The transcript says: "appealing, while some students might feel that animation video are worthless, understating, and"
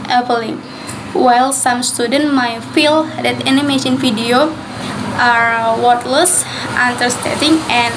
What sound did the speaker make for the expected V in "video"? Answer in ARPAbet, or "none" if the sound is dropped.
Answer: F